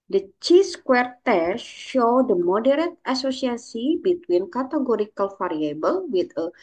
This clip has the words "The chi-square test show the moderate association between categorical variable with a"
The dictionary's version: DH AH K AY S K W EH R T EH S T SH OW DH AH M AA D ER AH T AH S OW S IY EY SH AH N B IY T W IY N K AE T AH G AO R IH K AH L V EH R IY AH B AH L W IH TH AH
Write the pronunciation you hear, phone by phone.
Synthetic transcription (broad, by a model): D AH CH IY S K W EH R T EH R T SH OW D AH M AA D ER AH T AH S OW S IY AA S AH B IY T W IY N K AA T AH G AO R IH K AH L F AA R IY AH B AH L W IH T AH